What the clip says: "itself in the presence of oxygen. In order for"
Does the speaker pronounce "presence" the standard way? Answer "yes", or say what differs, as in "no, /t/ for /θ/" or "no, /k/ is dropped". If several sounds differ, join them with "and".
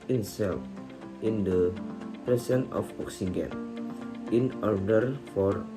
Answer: no, /s/ is dropped